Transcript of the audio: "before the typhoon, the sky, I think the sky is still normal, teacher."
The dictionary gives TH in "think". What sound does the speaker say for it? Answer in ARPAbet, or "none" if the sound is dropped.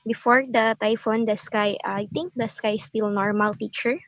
T